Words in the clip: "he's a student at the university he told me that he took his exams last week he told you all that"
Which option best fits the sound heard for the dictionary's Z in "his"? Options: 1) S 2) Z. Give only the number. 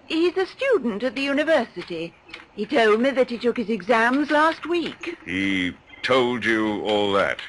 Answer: 2